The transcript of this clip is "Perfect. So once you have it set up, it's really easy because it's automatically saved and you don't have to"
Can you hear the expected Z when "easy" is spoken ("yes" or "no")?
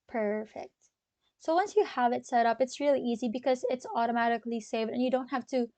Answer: yes